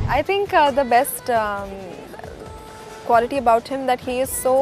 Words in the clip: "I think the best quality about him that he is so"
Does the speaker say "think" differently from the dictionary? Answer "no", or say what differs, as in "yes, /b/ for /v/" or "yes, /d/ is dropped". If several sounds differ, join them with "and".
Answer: yes, /t/ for /θ/